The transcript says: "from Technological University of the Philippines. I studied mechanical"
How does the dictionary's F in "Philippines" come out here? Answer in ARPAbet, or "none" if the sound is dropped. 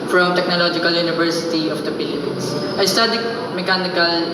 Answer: P